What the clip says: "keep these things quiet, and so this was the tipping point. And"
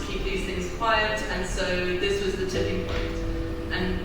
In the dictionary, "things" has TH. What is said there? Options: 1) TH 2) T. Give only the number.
1